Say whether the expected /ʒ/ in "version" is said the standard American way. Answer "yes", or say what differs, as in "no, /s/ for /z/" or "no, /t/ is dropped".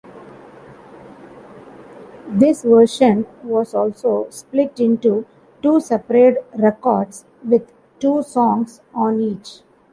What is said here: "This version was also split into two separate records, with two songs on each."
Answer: no, /ʃ/ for /ʒ/